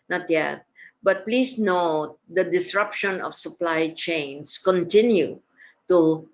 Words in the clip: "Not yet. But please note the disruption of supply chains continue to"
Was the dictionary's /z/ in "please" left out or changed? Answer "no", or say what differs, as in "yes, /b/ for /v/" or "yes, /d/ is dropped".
yes, /s/ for /z/